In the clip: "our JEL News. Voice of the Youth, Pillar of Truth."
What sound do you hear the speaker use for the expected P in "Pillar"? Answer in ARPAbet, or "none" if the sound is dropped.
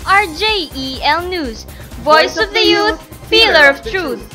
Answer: F